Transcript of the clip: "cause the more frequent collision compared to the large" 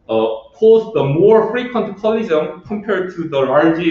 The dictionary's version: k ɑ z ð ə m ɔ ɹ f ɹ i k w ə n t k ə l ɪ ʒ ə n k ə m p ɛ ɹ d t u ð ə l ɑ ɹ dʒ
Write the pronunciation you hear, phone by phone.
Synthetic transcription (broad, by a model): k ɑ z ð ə m ɔ ɹ f ɹ i k w ə n t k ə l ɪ z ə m k ə m p ɛ ɹ d t u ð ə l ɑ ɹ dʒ